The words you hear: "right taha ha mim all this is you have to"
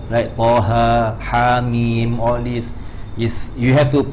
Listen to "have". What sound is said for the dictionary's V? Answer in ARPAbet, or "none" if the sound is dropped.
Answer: F